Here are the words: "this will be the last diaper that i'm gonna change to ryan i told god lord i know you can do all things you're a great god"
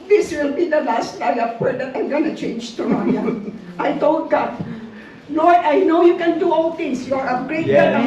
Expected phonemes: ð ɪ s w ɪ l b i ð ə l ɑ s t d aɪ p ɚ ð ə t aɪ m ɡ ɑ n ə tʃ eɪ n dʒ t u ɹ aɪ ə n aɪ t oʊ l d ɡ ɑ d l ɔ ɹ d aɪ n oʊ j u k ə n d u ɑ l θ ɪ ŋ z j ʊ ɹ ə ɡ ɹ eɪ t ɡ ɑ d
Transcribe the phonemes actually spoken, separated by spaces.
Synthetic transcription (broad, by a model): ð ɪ s w ɪ l b i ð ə l ɑ s t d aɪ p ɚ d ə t aɪ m ɡ ɑ n ə tʃ eɪ n dʒ t u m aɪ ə aɪ t oʊ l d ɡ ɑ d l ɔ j aɪ n oʊ j u k ə n d u ɑ l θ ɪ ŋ s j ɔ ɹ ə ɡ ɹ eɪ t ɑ